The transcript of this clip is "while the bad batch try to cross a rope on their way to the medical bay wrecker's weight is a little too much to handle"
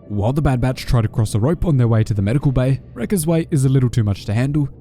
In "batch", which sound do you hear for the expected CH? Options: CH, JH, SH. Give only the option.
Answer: CH